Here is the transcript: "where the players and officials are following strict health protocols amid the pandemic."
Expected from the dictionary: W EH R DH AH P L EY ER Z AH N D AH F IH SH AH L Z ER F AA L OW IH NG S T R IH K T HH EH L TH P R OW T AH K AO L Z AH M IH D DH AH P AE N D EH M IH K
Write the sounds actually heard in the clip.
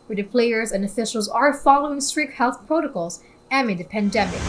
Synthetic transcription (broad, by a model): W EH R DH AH P L EY ER Z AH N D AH F IH SH L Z ER F AA L OW IH NG S T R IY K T HH EH L TH P R OW T AH K AO L Z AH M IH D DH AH P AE N D EH M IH K